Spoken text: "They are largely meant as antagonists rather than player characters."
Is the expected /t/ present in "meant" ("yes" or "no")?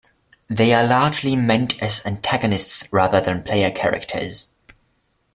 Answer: yes